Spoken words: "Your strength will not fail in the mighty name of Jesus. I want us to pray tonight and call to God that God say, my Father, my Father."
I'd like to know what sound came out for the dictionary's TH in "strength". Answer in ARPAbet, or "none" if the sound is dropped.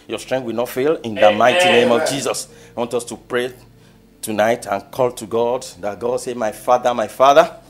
T